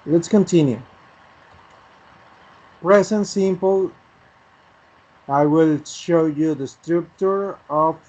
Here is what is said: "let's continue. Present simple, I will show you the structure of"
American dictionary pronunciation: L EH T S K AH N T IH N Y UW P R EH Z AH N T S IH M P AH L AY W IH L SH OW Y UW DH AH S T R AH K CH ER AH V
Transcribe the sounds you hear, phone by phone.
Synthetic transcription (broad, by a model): L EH T S K AH N T IH N Y UW P R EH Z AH N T S IH M P AH L AY W IH L SH OW Y UW DH AH S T R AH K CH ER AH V